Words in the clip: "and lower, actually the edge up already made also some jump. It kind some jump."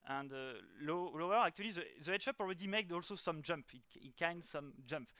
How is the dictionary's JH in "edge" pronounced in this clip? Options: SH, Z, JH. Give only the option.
SH